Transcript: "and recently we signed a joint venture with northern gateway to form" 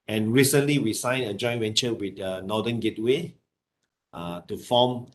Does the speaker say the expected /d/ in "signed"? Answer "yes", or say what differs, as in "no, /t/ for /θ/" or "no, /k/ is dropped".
no, /d/ is dropped